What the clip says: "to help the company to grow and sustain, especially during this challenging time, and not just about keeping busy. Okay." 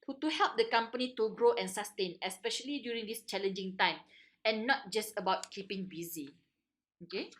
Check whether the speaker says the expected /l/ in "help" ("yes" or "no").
yes